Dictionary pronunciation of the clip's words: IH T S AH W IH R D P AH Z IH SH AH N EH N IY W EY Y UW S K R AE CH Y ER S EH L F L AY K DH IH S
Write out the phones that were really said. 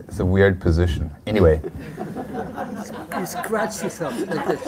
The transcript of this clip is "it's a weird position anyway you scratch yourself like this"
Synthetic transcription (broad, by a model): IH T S AH W IH R D P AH Z IH SH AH N EH N IY W EY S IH S K R AE CH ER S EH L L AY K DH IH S